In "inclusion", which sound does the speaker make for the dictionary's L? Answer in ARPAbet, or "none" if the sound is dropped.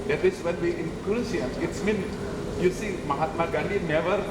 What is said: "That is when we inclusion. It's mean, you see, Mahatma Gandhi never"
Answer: none